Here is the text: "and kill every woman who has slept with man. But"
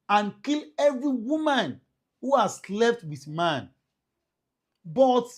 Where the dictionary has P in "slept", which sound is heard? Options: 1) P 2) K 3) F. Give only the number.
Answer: 3